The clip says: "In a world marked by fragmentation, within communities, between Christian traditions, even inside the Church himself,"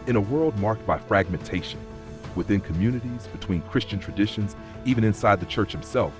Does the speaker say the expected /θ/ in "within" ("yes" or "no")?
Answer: yes